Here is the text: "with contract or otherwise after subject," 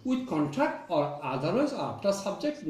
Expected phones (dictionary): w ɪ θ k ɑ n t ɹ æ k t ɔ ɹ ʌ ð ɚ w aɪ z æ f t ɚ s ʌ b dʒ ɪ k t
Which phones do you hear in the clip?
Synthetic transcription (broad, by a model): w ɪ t k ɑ n t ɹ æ k t ɔ ɹ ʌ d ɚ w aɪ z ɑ p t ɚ s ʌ b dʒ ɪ k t